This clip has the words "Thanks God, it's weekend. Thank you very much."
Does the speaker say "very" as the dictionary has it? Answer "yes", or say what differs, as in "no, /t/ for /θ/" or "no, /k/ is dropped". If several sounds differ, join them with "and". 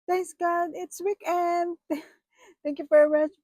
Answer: no, /f/ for /v/